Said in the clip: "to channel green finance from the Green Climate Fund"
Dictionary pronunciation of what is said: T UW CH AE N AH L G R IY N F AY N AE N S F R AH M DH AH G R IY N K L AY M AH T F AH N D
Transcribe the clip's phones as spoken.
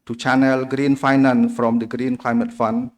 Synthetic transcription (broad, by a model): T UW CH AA N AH L G R IY N F AY N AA N F R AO M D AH G R IY N K L AY M AH T F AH N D